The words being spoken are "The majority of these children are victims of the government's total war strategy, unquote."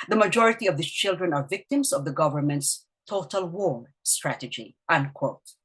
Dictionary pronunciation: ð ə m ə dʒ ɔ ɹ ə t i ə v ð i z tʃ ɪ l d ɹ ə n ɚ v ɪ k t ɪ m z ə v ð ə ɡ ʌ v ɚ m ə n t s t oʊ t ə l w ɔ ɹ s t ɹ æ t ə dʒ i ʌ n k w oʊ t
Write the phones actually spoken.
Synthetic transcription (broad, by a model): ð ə m ə dʒ ɔ ɹ ə t i ə v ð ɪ tʃ ɪ l d ɹ ə n ɚ v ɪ k t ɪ m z ə v ð ə ɡ ʌ v ɚ m ə n t s t oʊ t ə l w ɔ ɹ s t ɹ æ t ə dʒ i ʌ n k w oʊ t